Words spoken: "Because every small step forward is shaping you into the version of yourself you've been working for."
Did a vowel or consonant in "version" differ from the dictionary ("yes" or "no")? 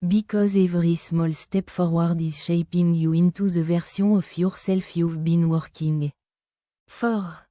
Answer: yes